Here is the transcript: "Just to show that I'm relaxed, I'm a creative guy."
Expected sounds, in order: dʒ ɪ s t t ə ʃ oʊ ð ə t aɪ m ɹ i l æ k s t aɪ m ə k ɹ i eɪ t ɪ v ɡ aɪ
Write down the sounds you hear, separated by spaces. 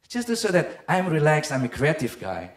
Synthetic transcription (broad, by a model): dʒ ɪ s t t ə s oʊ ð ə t aɪ m ɹ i l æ k s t aɪ m ə k ɹ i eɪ t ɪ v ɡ aɪ